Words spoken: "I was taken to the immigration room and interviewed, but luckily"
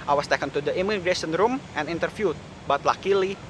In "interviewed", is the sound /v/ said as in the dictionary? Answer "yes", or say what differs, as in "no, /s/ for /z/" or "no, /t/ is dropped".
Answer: no, /f/ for /v/